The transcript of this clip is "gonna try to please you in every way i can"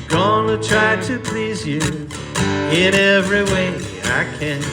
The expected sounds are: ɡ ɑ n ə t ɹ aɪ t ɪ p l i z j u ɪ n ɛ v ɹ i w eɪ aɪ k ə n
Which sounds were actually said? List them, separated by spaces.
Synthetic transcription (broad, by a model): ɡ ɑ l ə t ɹ aɪ t ɪ p l i z j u ɪ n ɛ v ɹ i w eɪ aɪ k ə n